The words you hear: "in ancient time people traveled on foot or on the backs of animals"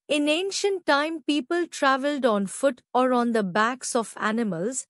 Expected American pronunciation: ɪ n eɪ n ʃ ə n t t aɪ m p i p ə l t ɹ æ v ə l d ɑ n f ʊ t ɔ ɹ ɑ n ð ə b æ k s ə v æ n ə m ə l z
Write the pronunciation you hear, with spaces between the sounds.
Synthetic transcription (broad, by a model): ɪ n eɪ n ʃ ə n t t aɪ m p i p ə l t ɹ æ v ə l d ɑ n f ʊ t ɔ ɹ ɑ n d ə b æ k s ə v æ n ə m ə l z